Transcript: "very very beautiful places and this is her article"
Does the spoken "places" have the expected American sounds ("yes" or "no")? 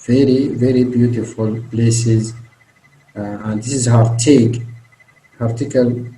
yes